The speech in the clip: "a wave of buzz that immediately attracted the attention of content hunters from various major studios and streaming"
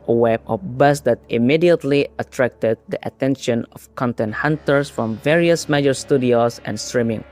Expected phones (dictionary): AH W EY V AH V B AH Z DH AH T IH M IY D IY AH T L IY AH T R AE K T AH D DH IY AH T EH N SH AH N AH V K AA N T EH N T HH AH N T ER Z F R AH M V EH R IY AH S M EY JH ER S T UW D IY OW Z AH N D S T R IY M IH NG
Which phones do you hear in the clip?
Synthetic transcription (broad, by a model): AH W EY B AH B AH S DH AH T IH M IY D IY AH T L IY AH T R AE K T AH D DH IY AH T EH N SH AH N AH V K AA N T EH N T HH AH N T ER S F R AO M V EH R IY AH S M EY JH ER S T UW D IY OW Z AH N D S T R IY M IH NG